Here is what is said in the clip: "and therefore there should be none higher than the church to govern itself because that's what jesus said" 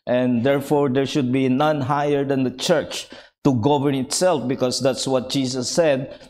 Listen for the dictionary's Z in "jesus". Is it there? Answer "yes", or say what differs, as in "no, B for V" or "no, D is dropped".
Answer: no, S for Z